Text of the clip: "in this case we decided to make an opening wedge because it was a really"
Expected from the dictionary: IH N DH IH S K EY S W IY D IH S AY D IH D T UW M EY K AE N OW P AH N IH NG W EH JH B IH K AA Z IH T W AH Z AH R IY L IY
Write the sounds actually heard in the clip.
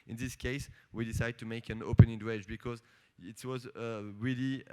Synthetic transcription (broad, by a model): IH N DH IH S K EY S W IY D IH S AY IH D T UW M EY K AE N OW P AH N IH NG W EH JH B IH K AA Z IH T W AH Z AH R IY L IY